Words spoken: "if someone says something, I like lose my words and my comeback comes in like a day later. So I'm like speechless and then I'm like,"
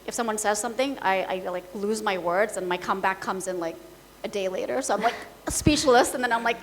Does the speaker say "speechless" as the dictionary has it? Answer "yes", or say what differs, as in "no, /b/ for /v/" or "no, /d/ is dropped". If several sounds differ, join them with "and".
no, /ʃ/ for /tʃ/